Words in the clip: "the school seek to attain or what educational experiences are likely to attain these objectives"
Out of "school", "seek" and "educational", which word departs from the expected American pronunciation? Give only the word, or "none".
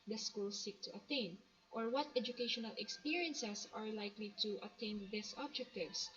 none